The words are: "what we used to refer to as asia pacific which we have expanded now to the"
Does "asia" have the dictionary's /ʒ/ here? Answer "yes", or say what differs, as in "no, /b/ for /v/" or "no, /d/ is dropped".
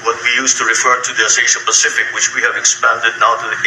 no, /ʃ/ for /ʒ/